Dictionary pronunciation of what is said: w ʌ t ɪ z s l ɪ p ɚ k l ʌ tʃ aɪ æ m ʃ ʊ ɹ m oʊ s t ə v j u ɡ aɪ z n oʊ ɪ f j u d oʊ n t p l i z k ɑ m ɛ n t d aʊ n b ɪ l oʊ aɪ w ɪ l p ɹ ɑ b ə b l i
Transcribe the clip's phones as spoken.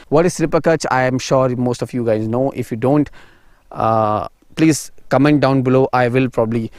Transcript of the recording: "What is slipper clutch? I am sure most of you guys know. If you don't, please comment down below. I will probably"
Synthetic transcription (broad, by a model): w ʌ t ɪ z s l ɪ p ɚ k ʌ tʃ aɪ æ m ʃ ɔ ɹ m oʊ s t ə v j u ɡ aɪ z n oʊ ɪ f j u d oʊ n t p l i z k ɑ m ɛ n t d aʊ n b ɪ l oʊ aɪ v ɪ l p ɹ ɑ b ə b l i